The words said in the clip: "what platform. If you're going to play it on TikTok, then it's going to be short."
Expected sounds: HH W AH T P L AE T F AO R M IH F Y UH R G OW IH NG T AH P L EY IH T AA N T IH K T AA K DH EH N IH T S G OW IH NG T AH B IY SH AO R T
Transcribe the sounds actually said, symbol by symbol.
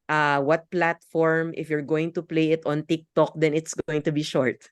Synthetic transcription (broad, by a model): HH W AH T P L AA T F AO R M IH F Y UH R G OW IH NG T AH P L EY IH T AA N T IH K T AA K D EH N IH T S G OW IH NG T AH B IY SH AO R T